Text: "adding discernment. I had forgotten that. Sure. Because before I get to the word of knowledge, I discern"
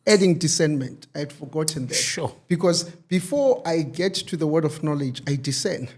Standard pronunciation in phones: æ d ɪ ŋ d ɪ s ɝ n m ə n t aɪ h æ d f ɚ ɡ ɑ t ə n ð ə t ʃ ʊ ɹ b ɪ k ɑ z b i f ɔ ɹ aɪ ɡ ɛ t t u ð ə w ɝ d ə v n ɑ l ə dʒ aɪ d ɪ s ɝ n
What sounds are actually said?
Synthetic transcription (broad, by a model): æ d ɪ ŋ d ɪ s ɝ n m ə n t aɪ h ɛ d f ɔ ɡ ɑ t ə n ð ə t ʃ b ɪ k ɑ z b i f ɔ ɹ aɪ ɡ ɛ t t u ð ə w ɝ d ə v n ɑ l ə dʒ aɪ d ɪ s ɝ n